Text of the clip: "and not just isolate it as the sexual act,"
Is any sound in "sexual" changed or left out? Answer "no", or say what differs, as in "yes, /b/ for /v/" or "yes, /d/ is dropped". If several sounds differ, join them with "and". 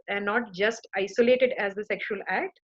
no